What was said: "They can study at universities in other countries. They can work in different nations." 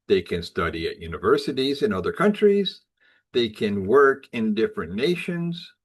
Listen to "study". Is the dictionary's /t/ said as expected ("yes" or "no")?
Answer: yes